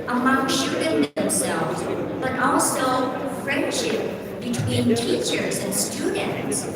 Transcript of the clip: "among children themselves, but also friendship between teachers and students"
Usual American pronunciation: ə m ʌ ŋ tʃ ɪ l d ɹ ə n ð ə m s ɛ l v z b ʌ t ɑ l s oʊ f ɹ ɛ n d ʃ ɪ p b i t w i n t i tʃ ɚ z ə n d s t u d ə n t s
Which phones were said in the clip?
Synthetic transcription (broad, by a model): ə m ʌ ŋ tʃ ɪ d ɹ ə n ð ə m s ɛ l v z b ʌ t ɑ l s oʊ f ɹ ɛ n d ʃ ɪ p b i t w i n t i tʃ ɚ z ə n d s t u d n t s